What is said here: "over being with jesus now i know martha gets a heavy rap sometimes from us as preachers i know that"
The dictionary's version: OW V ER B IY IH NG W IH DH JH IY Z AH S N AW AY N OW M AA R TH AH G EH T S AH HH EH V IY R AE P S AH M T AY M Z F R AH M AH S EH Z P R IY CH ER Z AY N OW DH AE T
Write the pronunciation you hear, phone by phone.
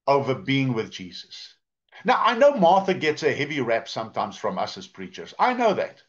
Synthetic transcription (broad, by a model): OW V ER B IY IH NG W IH DH JH IY Z AH S N AW AY N OW M AA R TH AH G EH T S AH HH EH V IY R AE P S AH M T AY M Z F R AH M AH S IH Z P R IY CH ER Z AY N OW DH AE T